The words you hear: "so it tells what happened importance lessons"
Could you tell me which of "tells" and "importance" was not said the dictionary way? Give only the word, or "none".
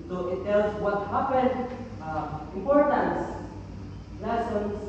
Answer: tells